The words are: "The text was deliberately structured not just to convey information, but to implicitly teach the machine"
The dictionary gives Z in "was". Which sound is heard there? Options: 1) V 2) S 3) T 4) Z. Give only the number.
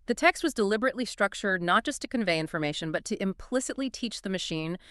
4